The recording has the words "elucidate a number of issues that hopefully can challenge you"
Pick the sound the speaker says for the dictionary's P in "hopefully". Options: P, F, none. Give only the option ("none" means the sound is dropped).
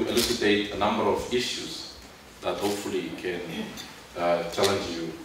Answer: P